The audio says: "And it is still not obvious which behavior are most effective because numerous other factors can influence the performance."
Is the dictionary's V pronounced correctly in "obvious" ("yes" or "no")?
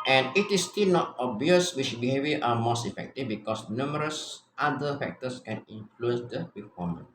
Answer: no